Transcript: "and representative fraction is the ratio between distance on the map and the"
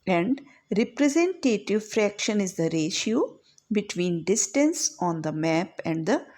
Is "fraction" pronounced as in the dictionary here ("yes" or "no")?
yes